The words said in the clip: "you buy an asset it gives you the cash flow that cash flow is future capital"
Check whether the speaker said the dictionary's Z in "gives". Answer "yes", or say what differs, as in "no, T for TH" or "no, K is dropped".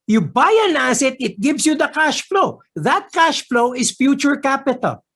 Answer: no, S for Z